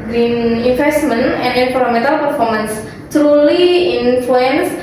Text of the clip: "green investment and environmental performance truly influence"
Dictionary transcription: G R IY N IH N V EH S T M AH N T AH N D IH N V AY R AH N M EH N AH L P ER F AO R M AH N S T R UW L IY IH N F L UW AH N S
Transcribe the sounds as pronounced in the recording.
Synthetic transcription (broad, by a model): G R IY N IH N F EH S T M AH N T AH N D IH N F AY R M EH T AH L P ER F AO R M AH N S T R UW L IY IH N F L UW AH N S